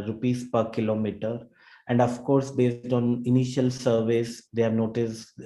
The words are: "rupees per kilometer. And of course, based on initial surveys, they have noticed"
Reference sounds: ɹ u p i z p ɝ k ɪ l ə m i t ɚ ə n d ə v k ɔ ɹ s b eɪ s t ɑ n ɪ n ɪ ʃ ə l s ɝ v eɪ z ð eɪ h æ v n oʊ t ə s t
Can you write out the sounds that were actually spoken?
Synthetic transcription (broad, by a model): ɹ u p i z p ɝ k ɪ l ə m i t ɚ ə n d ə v k ɔ ɹ s b eɪ s t ɑ n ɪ n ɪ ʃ ə l s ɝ v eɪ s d eɪ h æ v n oʊ t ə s